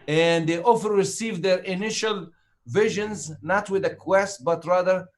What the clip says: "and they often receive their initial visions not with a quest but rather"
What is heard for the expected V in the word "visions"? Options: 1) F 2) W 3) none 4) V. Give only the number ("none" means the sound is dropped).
4